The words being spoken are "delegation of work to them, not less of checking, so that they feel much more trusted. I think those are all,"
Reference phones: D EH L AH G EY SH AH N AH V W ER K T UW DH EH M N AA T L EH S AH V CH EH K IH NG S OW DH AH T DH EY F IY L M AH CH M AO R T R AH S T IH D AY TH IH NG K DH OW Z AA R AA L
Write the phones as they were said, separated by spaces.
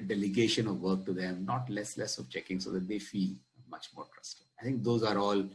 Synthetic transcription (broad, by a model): D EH L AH G EY SH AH N AH V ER K T UW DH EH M N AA T L EH S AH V CH EH K IH NG S OW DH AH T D EY F IY L M AH CH M AO R T R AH S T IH AY T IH NG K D OW Z AA R AA L